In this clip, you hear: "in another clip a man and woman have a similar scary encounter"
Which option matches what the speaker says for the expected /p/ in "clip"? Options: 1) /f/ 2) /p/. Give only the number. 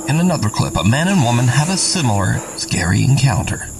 2